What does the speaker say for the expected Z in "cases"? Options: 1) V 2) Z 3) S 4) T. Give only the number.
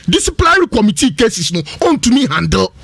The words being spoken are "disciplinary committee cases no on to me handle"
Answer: 3